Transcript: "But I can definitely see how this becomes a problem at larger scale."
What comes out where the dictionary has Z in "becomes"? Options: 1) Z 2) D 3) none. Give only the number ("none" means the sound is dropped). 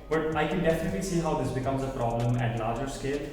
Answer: 1